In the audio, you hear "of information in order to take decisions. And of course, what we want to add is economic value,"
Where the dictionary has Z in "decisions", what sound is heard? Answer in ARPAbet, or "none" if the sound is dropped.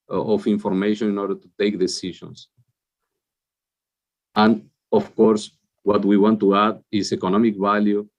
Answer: S